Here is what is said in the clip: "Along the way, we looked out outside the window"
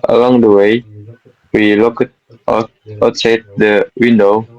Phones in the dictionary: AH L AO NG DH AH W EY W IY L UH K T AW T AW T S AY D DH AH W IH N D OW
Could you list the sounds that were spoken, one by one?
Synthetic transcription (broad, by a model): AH L AO NG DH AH W EY W IY L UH K AH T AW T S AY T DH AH W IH N D OW